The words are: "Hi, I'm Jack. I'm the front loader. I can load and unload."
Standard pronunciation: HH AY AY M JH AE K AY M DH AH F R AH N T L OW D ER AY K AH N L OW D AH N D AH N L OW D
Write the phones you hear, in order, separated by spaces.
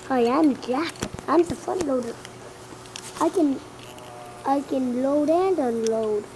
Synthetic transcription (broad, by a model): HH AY AY M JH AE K AY M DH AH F AH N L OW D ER AY K AH N L OW D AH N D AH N L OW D